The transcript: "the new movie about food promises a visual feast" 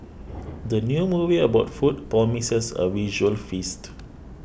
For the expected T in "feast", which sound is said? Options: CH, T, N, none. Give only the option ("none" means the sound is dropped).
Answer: T